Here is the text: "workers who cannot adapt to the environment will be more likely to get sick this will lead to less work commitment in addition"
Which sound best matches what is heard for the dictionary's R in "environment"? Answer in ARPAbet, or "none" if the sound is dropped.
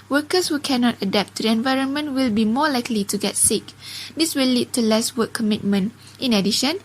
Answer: R